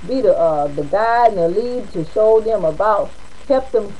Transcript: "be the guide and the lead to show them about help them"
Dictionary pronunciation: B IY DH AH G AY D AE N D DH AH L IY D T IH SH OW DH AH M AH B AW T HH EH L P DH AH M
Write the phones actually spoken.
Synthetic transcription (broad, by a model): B IY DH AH G AY D N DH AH L IY D T IH SH OW DH AH M AH B AW T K EH P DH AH M